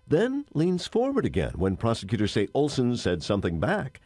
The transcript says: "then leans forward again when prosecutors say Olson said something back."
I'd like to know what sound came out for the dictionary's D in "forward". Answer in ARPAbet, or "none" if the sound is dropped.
D